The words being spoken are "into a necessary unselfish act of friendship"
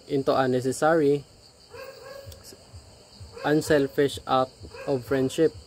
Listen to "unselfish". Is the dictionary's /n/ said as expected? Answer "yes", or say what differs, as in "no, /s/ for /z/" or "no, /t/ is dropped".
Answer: yes